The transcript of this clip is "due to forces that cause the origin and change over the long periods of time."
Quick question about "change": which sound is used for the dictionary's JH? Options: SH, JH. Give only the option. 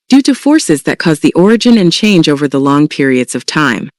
JH